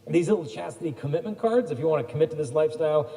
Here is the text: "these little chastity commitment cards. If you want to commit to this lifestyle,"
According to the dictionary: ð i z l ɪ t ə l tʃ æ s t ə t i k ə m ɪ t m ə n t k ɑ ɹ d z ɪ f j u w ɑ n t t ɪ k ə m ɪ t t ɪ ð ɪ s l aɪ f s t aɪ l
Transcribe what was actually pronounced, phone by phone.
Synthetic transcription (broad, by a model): ð i z l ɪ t l tʃ æ s t ə t i k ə m ɪ t m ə n k ɑ ɹ d z ɪ f j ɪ w ɑ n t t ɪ k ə m ɪ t t ɪ ð ɪ s l aɪ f s t aɪ l